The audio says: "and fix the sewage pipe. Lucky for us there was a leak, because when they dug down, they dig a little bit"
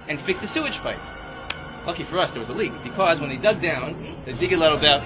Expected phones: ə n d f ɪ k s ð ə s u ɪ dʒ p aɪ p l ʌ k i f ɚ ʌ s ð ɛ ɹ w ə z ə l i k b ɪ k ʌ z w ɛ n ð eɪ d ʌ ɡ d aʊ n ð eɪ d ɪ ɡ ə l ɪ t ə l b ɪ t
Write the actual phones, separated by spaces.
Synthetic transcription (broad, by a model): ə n f ɪ k s ð ə s u ɪ dʒ p aɪ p l ʌ k i f ɚ ʌ s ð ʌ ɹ w ə z ə l i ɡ b ɪ k ʌ z w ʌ n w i d ʌ ɡ d aʊ n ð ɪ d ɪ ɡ ə l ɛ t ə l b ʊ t